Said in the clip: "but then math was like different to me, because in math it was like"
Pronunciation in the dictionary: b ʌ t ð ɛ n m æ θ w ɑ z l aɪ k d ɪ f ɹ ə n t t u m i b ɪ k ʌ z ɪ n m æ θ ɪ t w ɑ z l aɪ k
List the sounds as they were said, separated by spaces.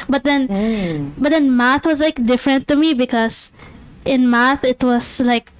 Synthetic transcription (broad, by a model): b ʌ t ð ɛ n m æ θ w ɑ z l aɪ k d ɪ f ɹ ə n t t u m i b ɪ k ʌ z ɪ n m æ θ ɪ t w ɑ z l aɪ k